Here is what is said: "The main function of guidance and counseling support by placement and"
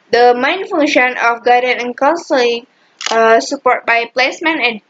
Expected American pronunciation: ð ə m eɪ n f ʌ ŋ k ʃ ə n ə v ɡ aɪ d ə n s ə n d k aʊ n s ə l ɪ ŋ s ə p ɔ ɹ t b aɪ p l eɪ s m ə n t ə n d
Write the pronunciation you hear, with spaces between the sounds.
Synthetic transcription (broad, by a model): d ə m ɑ n f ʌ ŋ ʃ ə n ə f ɡ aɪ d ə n ə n k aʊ n s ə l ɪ ŋ s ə p ɔ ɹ t b aɪ p l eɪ s m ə n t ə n